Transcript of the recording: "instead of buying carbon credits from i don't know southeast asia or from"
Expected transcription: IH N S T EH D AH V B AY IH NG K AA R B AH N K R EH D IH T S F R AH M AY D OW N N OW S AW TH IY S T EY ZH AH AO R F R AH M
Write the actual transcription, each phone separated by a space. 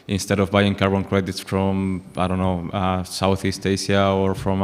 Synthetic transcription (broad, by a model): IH N S T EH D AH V B AY IH NG K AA R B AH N K R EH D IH T S F R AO M AY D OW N N OW S AW TH IY S T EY S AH AO R F R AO M